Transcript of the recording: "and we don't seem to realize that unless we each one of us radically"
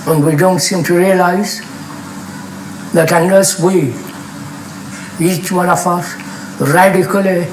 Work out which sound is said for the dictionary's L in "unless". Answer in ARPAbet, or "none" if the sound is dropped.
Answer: none